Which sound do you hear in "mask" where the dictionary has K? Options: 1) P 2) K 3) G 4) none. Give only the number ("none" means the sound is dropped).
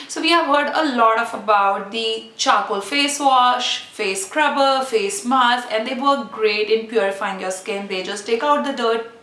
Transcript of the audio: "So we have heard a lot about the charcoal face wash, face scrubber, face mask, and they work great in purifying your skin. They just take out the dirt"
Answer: 4